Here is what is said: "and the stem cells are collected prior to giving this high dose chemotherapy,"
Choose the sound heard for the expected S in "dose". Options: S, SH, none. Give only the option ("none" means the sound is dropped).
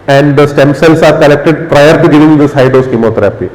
S